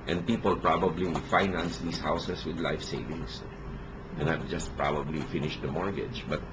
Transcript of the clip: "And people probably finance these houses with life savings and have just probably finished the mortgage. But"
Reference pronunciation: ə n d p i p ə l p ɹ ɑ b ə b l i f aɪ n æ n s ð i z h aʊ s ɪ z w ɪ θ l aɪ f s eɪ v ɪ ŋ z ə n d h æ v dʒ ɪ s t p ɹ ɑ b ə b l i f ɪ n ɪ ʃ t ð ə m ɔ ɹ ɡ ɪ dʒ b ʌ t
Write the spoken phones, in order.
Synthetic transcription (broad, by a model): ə n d p i p ə l p ɹ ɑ b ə b l i f aɪ n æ n s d i s h aʊ s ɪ s w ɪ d l aɪ f s eɪ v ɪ ŋ s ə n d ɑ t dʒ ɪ s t p ɹ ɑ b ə b l i f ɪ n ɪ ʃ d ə m ɔ ɹ ɡ ɪ dʒ b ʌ t